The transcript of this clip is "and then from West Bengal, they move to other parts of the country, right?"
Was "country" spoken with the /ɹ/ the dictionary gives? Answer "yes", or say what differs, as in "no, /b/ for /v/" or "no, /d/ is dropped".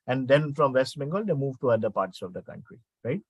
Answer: yes